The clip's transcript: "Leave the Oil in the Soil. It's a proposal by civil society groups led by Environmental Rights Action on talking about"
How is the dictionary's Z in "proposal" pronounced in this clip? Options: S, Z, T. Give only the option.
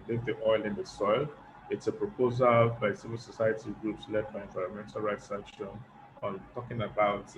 Z